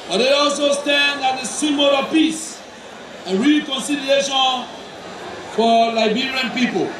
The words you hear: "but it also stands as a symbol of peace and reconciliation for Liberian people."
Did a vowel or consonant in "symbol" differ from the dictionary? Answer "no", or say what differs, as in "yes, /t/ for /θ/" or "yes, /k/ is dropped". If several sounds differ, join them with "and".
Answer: yes, /b/ is dropped